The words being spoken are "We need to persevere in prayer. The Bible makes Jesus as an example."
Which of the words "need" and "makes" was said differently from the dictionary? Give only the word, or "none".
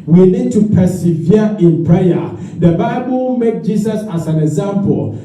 makes